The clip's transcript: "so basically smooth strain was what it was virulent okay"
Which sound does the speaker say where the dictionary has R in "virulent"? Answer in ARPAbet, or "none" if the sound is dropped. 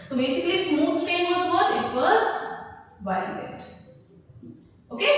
none